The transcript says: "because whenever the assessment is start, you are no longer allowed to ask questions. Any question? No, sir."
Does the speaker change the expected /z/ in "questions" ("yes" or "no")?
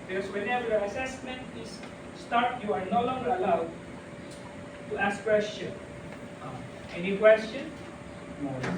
yes